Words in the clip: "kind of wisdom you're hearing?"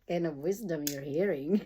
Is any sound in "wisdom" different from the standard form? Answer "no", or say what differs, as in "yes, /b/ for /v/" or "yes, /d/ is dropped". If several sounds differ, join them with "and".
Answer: no